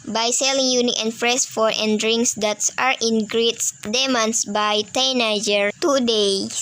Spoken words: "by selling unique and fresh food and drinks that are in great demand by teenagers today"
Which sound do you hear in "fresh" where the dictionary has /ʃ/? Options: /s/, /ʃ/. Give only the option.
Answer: /s/